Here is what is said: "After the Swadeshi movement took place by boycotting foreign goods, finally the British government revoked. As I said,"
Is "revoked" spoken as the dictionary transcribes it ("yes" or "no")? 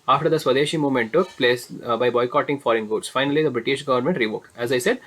yes